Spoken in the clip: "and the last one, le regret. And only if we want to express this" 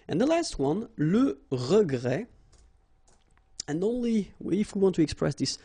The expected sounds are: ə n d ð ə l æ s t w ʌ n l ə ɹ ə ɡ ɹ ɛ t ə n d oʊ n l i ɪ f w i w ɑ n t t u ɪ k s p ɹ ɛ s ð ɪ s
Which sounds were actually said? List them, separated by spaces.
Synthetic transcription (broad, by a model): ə n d ð ə l æ s t w ʌ n l ə ɹ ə ɡ ɹ ɛ ə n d oʊ n l i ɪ f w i w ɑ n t t u ɪ k s p ɹ ɛ s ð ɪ s